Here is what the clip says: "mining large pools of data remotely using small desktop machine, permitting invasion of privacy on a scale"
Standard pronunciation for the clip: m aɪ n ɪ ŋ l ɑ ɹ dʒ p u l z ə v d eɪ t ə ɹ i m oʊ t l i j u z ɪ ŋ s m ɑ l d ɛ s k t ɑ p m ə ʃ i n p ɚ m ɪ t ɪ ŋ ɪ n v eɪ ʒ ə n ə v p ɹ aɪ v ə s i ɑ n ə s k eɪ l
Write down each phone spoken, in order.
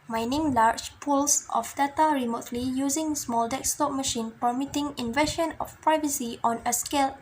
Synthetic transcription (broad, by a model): m aɪ n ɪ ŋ l ɑ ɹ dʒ p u l s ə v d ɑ t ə ɹ i m oʊ t l i j u z ɪ ŋ s m ɑ l d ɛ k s t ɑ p m ə ʃ i n p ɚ m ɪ t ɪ ŋ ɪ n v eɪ ʃ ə n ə f p ɹ aɪ v ə s i ɑ n ə s k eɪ l